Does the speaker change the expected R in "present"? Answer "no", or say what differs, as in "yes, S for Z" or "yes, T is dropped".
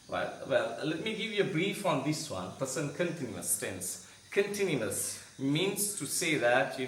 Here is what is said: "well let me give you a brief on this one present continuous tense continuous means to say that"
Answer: yes, R is dropped